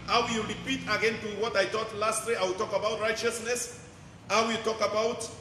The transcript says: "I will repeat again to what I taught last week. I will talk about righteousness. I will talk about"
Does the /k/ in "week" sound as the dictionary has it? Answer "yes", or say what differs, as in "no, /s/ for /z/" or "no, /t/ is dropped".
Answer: no, /k/ is dropped